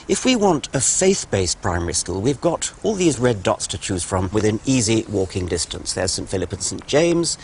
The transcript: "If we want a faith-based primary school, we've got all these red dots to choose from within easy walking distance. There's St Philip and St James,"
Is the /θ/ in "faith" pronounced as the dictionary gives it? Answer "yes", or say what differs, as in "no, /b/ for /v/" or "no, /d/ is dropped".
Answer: yes